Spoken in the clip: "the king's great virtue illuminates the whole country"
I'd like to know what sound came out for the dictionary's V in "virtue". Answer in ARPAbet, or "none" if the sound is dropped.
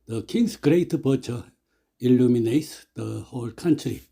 P